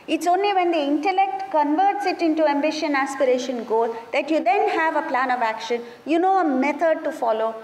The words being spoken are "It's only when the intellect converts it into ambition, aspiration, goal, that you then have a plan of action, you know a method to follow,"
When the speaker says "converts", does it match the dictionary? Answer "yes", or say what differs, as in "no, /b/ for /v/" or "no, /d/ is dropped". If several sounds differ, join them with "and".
yes